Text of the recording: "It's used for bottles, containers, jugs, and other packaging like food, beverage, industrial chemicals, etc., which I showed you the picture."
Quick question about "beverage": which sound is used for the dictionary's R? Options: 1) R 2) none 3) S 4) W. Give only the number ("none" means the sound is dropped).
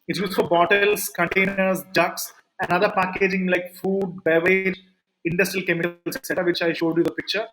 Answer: 2